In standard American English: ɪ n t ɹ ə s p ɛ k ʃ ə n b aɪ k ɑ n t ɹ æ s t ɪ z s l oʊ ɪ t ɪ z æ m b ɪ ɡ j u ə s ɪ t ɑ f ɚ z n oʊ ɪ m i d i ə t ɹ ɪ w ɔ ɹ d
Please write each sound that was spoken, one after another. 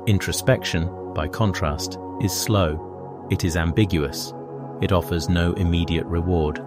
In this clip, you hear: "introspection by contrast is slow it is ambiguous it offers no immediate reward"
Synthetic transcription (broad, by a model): ɪ n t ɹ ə s p ɛ k ʃ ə n b aɪ k ɑ n t ɹ æ s t ɪ z s l oʊ ɪ t ɪ z æ m b ɪ ɡ j u ə s ɪ t ɑ f ɚ z n oʊ ɪ m i d i ə t ɹ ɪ w ɔ ɹ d